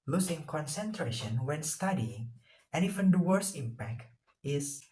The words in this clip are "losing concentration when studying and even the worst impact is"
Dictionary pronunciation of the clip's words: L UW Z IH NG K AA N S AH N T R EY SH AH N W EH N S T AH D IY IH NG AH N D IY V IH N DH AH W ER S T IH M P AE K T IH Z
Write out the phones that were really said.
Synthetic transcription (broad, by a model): L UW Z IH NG K AA N S AH N T R EY SH AH N W EH N S T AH D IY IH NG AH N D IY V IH N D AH W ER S IH M P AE K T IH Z